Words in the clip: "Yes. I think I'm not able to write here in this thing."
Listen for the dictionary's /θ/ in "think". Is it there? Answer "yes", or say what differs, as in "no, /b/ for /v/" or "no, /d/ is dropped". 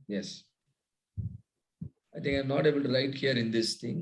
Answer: no, /t/ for /θ/